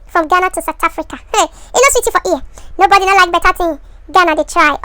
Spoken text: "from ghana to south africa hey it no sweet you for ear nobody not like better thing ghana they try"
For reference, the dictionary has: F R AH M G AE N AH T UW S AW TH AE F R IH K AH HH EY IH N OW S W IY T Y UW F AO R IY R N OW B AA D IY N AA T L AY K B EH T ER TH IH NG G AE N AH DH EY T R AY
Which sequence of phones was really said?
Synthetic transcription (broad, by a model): F R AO M G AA N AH T UW S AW T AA F R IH K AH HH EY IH N OW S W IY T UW F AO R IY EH N OW B AA D IY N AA L AY K B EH T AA T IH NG G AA N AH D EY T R AY